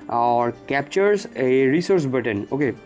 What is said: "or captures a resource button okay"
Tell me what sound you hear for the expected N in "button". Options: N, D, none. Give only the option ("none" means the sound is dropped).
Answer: N